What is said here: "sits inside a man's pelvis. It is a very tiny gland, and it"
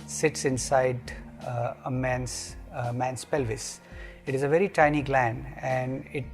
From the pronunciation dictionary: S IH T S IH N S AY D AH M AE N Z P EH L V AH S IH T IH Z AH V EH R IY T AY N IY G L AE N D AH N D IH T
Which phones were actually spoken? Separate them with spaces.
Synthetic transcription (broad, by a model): S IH T S IH N S AY D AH M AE N S P EH L V AH S IH T IH Z AH V EH R IY T AY N IY G L AE N D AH N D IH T